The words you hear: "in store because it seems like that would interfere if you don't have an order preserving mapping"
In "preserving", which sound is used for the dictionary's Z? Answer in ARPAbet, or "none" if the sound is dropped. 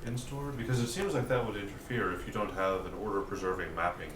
Z